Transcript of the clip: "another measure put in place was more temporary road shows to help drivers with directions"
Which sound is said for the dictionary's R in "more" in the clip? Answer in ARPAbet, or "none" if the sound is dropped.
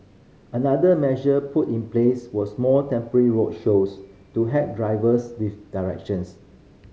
L